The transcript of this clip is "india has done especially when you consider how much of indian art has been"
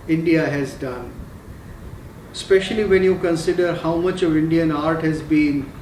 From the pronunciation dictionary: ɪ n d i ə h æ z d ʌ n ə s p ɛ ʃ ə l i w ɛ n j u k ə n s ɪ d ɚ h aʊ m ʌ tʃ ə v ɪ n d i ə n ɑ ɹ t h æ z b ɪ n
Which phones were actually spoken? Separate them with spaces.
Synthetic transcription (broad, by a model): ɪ n d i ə h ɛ z d ʌ n s p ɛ ʃ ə l i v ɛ n j u k ə n s ɪ d ɚ h aʊ m ʌ tʃ ə v ɪ n d i ə n ɑ ɹ t h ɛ z b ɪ n